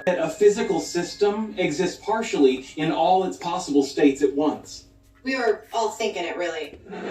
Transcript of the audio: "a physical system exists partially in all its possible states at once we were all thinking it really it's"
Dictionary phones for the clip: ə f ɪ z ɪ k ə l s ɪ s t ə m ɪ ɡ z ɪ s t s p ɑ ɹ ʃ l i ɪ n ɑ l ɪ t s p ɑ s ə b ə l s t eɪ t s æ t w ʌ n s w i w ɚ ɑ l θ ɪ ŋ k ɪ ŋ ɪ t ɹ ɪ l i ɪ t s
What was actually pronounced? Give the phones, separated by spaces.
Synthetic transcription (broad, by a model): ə f ɪ z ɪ k l s ɪ s t ə m ɪ ɡ z ɪ s t s p ɑ ɹ ʃ l i ɪ n ɑ l ɪ t s p ɑ s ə b l s t eɪ t s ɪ t w ʌ n s w i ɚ ɑ l θ ɪ ŋ k ɪ ŋ ɪ t ɹ ɪ l i